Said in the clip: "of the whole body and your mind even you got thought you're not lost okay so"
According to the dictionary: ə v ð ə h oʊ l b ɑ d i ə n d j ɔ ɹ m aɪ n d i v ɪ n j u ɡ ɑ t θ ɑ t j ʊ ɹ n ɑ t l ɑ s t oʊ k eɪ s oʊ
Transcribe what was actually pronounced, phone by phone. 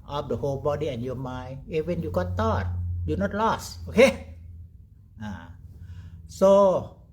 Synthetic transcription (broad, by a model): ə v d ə h oʊ l b ɑ d i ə n j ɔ m aɪ n i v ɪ n j u ɡ ɑ t t ɑ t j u n ɑ t l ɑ s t oʊ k eɪ s oʊ